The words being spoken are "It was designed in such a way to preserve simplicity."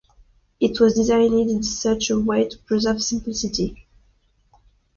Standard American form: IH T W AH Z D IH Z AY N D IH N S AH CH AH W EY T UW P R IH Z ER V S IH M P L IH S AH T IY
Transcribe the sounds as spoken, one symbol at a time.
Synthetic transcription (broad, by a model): IH T W AH Z D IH Z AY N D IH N S AH CH AH W EY T UW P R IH Z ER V S IH M P L IH S AH T IY